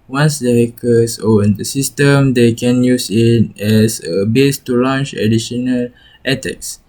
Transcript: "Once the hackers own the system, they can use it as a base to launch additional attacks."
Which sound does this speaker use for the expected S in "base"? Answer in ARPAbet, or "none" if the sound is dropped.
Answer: S